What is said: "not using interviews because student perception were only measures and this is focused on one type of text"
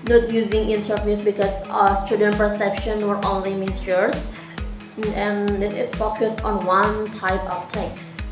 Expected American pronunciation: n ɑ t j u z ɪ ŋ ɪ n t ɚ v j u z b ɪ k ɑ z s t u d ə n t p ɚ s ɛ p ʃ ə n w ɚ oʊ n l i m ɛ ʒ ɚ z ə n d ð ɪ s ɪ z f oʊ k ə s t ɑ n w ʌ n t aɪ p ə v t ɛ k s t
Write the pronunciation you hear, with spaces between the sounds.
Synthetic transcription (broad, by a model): n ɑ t j u z ɪ ŋ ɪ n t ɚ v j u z b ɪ k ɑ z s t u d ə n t p ɚ s ɛ p ʃ ə n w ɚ oʊ n l i m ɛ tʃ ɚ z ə n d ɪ ɪ s f oʊ k ə s t ɑ n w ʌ n t aɪ p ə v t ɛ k s